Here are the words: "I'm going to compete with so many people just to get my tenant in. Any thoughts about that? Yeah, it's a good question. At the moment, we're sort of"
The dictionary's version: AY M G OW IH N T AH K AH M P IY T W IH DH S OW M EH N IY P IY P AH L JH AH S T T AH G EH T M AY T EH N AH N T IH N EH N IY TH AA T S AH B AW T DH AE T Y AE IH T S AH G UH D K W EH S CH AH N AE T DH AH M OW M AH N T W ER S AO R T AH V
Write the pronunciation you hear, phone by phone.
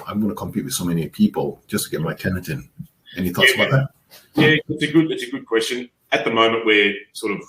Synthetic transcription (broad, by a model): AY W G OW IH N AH K AH M P IY T W IH DH S OW M EH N IY P IY P AH L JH AH S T T AH G EH T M AY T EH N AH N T IH N EH N IY TH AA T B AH IH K DH AE T Y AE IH T S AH G UH D K W EH S CH AH N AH T DH AH M OW M AH N T W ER S AO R T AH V